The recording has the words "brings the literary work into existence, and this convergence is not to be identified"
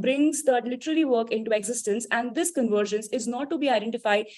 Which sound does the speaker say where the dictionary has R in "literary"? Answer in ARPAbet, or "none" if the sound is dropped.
L